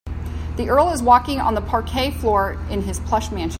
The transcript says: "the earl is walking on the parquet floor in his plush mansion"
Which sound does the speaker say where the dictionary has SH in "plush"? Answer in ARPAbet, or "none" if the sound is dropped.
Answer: SH